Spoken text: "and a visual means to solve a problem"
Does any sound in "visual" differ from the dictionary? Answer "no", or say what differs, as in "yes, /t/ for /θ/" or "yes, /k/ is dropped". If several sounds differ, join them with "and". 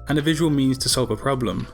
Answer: no